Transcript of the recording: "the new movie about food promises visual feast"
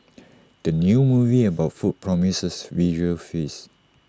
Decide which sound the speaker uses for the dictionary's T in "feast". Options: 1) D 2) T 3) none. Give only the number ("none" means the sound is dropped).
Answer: 3